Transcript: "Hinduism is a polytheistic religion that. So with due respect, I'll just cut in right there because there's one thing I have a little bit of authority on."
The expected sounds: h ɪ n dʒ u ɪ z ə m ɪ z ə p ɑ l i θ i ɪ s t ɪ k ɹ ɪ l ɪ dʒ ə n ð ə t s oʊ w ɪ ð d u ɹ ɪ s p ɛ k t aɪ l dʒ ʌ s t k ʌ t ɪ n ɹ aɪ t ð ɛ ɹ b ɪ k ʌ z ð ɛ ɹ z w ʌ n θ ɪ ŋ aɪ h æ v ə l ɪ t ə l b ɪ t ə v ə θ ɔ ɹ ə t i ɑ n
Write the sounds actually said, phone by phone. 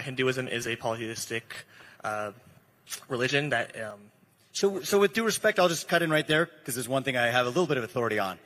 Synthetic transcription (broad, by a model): h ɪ n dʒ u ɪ z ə m ɪ z ə p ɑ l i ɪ s t ɪ k ɹ ɪ l ɪ dʒ ə n ð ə t s oʊ w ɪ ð d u ɹ ɪ s p ɛ k t aɪ l dʒ ʌ s k ʌ t ɪ n ɹ aɪ t ð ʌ ɹ k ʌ z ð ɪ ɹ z w ʌ n θ ɪ ŋ aɪ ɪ v ə l ɪ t l b ɪ t ə v ə θ ɔ ɹ ə t i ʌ n